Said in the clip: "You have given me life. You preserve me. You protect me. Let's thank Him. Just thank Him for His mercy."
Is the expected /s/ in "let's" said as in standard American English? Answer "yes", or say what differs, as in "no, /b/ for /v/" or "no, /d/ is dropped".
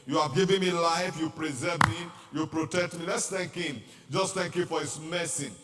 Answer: yes